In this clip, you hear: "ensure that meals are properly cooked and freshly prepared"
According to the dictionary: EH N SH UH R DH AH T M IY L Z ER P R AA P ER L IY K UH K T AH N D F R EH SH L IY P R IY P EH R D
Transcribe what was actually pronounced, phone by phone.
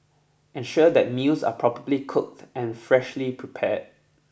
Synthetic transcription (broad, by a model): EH N SH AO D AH T M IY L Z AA P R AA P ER L IY K UH K T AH N F R EH SH L IY P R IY P EH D